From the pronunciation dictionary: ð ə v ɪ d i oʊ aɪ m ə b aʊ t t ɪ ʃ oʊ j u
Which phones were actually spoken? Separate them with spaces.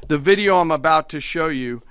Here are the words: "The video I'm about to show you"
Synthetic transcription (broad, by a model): ð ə v ɪ d i oʊ aɪ m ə b aʊ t t ɪ ʃ oʊ j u